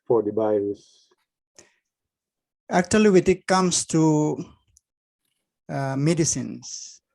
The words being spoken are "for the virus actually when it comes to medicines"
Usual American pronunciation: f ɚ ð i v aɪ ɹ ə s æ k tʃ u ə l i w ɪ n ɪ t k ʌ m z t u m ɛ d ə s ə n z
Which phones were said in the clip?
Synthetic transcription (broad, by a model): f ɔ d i b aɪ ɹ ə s æ k tʃ u ə l i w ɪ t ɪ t k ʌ m s t u m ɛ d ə s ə n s